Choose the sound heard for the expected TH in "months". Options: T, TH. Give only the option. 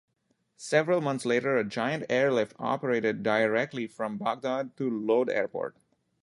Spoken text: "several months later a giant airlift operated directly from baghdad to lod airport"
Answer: T